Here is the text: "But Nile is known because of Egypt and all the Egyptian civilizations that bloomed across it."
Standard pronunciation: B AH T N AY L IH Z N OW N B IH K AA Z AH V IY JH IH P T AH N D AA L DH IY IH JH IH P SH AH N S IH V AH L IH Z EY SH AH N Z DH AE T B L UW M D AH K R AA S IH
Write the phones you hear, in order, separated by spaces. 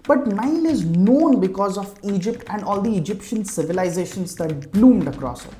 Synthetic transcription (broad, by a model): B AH T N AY N IH Z N OW N B IH K AA Z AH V IY JH IH P T AH N D AA L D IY IH JH IH P SH AH N S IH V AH L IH Z EY SH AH N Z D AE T B L UW M D AH K R AA S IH